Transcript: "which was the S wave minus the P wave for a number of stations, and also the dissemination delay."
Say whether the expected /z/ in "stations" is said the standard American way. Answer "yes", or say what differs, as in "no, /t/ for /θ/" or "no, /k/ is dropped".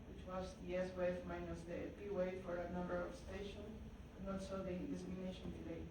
no, /z/ is dropped